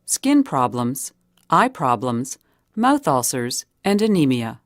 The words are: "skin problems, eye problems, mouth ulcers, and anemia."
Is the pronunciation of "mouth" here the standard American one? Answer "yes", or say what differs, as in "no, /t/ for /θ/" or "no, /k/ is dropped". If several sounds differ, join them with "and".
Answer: yes